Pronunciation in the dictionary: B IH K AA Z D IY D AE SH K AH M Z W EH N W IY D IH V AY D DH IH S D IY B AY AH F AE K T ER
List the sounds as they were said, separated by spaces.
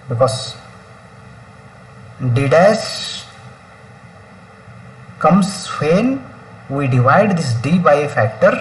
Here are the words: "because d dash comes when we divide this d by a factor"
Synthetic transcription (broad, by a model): B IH K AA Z D IY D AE S K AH M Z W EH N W IY D IH V AY D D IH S D IY B AY AH F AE K T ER